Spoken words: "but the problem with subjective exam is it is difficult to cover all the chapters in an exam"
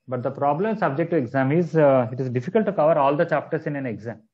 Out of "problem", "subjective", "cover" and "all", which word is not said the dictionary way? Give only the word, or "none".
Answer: subjective